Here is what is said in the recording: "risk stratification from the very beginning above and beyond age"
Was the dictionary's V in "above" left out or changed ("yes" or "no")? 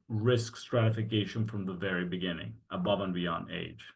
no